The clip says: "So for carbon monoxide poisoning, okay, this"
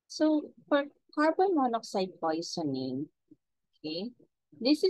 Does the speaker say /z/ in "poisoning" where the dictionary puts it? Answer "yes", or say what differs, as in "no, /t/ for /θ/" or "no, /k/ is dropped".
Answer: no, /s/ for /z/